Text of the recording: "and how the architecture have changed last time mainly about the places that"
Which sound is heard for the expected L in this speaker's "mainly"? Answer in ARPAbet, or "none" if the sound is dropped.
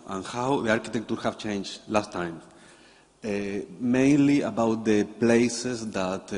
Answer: L